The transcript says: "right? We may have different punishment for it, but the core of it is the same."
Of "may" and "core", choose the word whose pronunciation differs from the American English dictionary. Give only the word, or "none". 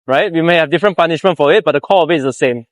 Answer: core